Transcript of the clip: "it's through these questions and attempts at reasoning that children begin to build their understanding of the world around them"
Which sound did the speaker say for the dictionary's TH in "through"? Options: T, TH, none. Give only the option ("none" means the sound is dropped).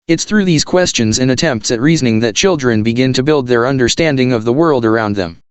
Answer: TH